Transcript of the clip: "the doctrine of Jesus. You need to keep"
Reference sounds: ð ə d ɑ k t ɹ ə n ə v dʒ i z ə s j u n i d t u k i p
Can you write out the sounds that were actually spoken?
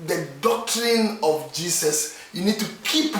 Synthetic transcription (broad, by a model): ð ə d ɑ k t ɹ ə n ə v dʒ i s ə s j u n i d t u k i p